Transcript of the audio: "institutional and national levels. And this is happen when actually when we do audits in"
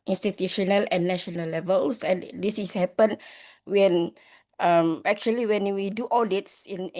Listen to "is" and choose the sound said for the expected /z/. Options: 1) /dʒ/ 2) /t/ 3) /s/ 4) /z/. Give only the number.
3